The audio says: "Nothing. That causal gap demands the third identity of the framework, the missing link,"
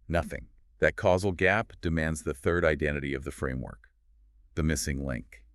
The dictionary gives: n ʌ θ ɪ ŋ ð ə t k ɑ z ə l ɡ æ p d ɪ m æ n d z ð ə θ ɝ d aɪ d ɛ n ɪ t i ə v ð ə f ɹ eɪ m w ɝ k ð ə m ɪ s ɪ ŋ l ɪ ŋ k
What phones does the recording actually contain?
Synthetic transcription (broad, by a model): n ʌ θ ɪ ŋ ð ə t k ɑ z l ɡ æ p d ɪ m æ n d z ð ə θ ɝ d aɪ d ɛ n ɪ t i ə v ð ə f ɹ eɪ m w ɝ k ð ə m ɪ s ɪ ŋ l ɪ ŋ k